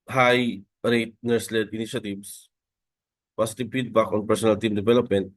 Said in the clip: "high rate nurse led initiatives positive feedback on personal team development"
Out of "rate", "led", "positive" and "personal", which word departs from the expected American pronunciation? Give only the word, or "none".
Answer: positive